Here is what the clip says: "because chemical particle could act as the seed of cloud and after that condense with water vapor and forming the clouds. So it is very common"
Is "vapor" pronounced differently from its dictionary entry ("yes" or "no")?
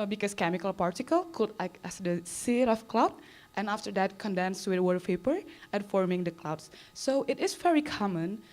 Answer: yes